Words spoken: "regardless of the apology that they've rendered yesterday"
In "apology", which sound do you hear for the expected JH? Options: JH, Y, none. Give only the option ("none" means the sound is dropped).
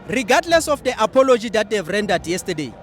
JH